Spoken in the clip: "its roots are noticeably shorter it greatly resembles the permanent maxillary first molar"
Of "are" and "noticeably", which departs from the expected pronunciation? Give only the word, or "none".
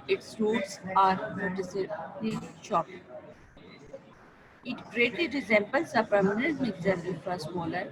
noticeably